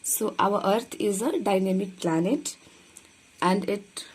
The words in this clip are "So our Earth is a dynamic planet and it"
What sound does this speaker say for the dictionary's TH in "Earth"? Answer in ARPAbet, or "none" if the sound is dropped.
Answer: T